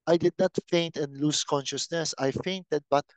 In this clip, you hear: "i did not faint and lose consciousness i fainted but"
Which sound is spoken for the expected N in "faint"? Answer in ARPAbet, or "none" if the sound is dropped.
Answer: N